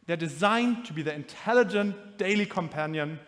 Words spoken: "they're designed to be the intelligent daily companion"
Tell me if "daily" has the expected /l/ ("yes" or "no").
yes